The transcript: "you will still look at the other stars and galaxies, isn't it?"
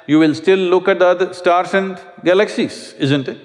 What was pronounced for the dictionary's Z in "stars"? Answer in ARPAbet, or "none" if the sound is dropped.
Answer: S